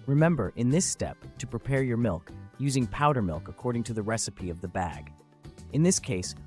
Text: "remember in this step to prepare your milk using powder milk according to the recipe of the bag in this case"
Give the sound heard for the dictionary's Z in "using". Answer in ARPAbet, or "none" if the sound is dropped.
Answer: Z